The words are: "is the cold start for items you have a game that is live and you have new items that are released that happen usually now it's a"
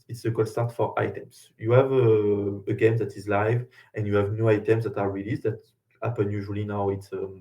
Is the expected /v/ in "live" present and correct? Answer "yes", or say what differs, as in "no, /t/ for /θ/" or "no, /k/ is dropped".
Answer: yes